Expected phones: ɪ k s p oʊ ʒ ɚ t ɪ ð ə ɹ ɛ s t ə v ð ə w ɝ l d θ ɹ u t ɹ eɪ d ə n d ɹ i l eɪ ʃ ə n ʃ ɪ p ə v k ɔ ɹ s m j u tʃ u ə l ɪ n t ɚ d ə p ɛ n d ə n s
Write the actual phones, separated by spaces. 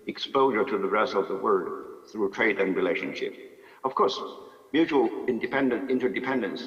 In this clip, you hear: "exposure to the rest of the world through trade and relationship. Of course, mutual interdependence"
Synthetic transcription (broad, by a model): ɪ k s p oʊ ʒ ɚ t ɪ ð ə ɹ ɛ s t ə v ð ə w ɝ d θ ɹ u t ɹ eɪ d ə n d ɹ i l eɪ ʃ ə n ʃ ɪ p ə v k ɔ ɹ s m j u tʃ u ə l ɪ n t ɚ d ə p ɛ n d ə n s